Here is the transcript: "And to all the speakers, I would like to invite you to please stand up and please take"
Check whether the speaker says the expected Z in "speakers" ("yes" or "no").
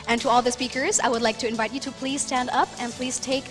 yes